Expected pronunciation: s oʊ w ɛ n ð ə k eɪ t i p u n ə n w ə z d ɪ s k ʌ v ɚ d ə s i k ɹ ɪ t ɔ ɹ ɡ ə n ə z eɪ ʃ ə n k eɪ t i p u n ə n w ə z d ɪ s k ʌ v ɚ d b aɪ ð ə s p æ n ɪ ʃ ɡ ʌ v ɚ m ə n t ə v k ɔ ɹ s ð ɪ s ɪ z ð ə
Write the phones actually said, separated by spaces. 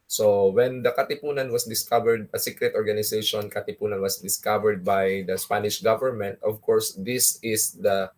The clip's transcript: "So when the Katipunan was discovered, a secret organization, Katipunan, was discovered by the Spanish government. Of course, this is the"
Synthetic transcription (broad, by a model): s oʊ w ɛ n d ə k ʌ t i p u n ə n w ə s d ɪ s k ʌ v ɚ d ə s i k ɹ ɪ t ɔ ɹ ɡ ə n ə s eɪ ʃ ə n k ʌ t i p u n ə n w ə s d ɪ s k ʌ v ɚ d b aɪ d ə s p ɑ n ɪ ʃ ɡ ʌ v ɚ m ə n t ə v k ɔ ɹ s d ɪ s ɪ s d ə